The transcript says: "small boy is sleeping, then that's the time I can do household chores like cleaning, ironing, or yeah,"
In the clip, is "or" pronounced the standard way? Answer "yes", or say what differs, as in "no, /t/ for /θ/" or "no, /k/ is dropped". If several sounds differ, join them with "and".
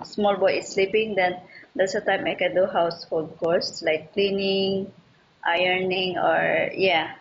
yes